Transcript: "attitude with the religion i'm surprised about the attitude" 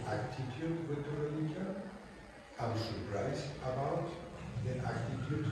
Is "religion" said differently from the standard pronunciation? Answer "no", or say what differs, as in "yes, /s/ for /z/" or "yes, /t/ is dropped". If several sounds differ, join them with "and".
yes, /n/ is dropped